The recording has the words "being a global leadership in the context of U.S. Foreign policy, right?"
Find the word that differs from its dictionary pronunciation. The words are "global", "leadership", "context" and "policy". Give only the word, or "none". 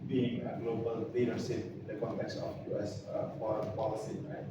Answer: leadership